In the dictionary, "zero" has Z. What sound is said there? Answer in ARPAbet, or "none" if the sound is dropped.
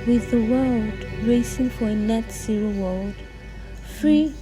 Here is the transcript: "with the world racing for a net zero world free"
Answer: S